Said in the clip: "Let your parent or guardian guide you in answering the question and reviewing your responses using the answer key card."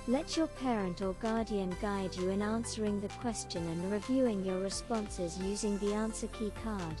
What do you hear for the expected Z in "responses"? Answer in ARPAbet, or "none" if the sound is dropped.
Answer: Z